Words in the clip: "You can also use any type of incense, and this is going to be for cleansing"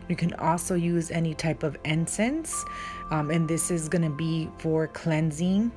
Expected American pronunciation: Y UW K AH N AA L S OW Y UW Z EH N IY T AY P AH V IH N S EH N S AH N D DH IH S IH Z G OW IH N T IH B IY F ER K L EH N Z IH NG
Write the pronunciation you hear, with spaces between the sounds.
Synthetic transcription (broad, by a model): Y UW K AH N AA L S OW Y UW Z EH N IY T AY P AH V IH N S EH N S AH N DH IH S IH Z G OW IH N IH B IY F ER K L EH N Z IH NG